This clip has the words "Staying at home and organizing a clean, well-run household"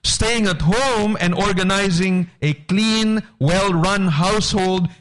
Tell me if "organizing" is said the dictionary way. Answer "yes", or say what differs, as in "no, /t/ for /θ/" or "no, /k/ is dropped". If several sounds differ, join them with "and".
yes